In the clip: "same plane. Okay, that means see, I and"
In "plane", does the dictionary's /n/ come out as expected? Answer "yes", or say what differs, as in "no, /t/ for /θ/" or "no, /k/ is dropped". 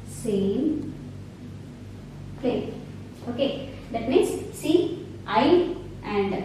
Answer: no, /n/ is dropped